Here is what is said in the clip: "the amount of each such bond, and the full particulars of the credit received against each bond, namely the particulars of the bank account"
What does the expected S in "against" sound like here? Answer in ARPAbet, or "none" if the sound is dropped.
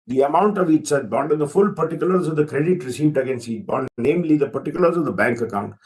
S